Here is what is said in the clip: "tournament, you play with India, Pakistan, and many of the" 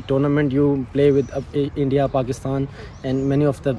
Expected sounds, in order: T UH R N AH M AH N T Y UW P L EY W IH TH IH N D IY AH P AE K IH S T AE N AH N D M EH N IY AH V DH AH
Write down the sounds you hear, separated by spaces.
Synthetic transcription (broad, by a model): T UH R N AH M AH N T Y UW P L EY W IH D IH N D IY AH P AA K IH S T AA N AH N D M EH N IY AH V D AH